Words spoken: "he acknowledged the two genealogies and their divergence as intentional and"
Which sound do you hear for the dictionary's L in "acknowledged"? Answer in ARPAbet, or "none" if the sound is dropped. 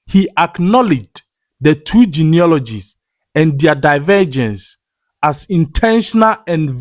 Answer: L